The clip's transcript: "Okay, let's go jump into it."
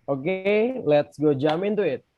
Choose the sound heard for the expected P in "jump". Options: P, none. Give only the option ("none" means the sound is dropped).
none